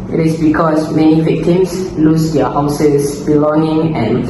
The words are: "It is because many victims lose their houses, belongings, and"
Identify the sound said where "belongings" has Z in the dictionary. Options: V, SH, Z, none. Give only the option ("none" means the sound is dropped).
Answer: none